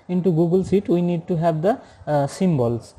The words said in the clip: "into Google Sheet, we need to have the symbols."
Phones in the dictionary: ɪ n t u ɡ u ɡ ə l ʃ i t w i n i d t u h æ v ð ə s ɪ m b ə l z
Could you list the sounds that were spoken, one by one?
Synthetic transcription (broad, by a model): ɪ n t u ɡ u ɡ ə l s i t w i n i d t u h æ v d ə s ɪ m b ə l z